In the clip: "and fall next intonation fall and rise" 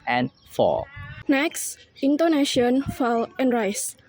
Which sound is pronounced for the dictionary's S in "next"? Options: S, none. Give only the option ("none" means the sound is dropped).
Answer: S